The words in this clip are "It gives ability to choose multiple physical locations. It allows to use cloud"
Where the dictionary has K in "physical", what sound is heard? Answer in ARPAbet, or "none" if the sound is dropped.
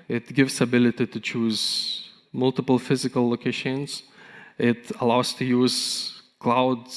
K